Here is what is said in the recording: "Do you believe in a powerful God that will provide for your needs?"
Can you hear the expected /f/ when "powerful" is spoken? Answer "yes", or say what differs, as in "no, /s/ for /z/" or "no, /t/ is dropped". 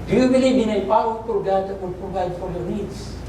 no, /p/ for /f/